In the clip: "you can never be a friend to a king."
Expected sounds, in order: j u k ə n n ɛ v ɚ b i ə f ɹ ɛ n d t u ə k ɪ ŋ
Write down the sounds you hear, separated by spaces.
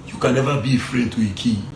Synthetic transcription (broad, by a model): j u k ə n n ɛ v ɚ b i ə f ɹ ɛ d t u ə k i